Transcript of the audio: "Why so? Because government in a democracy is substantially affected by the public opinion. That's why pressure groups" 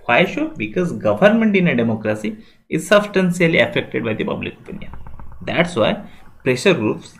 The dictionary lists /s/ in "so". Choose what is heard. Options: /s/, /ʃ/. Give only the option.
/ʃ/